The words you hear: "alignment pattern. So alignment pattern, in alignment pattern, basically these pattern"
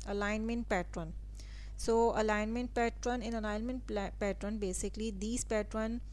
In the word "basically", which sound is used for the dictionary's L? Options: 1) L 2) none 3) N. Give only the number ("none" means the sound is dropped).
1